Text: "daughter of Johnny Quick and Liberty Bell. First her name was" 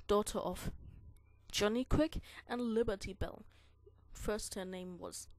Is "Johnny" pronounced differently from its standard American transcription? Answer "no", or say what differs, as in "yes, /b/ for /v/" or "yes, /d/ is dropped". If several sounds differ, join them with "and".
no